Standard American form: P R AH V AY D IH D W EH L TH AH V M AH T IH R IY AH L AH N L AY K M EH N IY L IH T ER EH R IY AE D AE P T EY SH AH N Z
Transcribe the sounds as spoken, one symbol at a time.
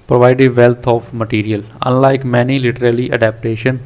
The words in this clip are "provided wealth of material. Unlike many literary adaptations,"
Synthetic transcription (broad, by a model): P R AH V AY D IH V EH L T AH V M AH T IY R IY AH L AH N L AY K M EH N IY L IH T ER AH L IY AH D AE P T EY SH AH N